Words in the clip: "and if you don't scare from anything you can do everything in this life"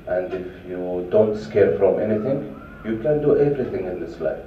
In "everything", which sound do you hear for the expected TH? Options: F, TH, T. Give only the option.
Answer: T